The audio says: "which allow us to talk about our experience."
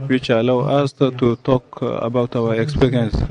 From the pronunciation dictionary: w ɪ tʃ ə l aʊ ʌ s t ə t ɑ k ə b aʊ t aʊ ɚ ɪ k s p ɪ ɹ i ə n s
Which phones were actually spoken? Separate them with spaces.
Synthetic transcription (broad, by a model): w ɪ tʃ ə l aʊ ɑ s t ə t ɑ k ə b aʊ t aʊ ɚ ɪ k s p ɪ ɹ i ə n s